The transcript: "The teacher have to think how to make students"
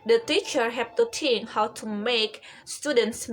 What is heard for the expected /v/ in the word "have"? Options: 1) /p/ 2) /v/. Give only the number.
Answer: 1